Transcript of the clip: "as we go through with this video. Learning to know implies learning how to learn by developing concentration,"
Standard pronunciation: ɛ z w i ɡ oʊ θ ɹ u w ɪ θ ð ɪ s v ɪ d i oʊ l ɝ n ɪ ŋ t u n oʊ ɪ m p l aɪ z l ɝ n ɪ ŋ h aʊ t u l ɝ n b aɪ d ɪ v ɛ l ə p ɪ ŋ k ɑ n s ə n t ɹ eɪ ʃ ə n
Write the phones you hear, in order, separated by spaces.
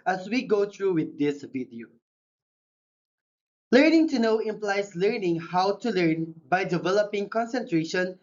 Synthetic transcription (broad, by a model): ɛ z w i ɡ oʊ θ ɹ u w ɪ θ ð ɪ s v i d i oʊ l ɝ n ɪ ŋ t u n oʊ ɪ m p l aɪ s l ɝ n ɪ ŋ h aʊ t u l ɝ n b aɪ d ɪ v ɛ l ə p ɪ ŋ k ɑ n s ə n t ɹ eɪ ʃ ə n